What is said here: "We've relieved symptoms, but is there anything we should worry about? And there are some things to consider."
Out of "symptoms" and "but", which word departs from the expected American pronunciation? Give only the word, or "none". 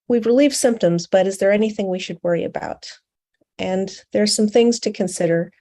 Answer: none